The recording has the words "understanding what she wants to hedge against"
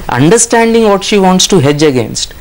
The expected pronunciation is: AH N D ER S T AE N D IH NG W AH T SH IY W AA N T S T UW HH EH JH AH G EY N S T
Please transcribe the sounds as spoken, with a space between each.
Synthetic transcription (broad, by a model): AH N D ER S T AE N D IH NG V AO T SH IY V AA N T S T UW HH EH JH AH G EY N S T